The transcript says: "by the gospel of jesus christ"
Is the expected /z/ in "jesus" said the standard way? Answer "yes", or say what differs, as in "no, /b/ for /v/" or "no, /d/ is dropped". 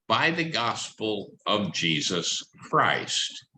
yes